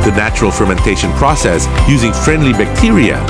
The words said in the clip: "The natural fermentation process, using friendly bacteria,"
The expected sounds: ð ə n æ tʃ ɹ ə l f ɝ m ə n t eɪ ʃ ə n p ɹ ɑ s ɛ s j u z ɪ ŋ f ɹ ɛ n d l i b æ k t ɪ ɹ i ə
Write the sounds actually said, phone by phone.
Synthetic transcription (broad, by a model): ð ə n æ tʃ ɹ ə l f ɝ m ə n t eɪ ʃ ə n p ɹ ɑ s ɛ s j u z ɪ ŋ f ɹ ɛ n d l i b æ k t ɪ ɹ i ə